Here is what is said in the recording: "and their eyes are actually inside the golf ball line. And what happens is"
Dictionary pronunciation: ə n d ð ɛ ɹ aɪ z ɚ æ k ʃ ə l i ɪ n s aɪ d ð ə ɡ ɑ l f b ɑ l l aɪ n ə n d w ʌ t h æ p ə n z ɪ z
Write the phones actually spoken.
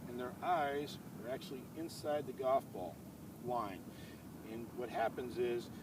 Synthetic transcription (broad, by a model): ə n ð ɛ ɹ aɪ z ɚ æ k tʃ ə l i ɪ n s aɪ d ð ə ɡ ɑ f b ɑ l l aɪ n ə n w ʌ t h æ p ə n z ɪ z